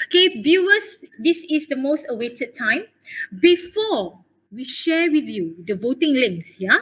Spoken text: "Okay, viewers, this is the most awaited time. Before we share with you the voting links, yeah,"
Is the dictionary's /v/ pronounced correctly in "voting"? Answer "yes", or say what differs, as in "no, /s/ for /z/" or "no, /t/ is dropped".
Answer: yes